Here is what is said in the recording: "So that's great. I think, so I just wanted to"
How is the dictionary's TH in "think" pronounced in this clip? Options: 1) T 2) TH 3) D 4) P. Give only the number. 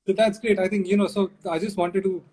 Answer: 1